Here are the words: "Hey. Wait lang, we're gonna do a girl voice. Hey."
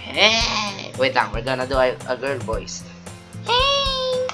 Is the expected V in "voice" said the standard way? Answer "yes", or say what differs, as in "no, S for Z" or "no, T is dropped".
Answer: no, B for V